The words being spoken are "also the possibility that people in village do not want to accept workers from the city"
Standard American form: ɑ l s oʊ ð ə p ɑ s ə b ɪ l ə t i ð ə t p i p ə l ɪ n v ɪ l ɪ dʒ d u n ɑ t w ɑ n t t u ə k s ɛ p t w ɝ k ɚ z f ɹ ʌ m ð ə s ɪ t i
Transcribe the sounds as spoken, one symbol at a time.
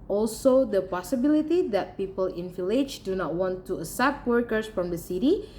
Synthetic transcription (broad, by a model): ɑ l s oʊ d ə p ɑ s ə b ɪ l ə t i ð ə t p i p ə l ɪ n f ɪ l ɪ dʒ d u n ɑ t w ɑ n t t u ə s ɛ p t w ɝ k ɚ s f ɹ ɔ m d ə s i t i